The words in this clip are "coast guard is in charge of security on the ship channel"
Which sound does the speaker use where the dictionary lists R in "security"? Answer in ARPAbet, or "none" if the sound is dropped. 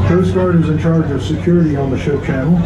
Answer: R